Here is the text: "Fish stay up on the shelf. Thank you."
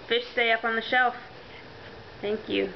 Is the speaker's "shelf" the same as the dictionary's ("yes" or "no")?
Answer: yes